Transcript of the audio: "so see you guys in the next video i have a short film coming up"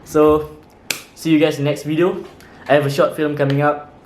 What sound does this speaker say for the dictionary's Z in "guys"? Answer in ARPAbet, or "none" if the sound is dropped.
none